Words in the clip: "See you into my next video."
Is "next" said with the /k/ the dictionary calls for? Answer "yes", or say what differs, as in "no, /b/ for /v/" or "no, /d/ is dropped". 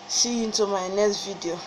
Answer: no, /k/ is dropped